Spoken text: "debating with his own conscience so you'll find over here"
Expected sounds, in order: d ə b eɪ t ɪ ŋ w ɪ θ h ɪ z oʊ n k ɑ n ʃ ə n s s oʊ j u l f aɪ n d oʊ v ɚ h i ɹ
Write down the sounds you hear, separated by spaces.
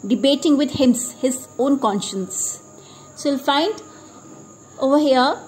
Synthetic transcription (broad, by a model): d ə b eɪ t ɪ ŋ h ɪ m h ɪ z oʊ n k ɑ n ʃ ə n s s oʊ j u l f aɪ n d oʊ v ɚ h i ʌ